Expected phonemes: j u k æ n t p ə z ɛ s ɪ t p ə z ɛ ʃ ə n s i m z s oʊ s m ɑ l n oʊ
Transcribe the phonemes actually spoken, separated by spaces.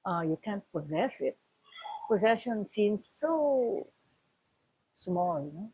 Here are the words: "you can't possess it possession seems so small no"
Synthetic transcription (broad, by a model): j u k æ n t p ə z ɛ s ɪ t p ə z ɛ ʃ ə n s i m z s oʊ s m ɑ l n oʊ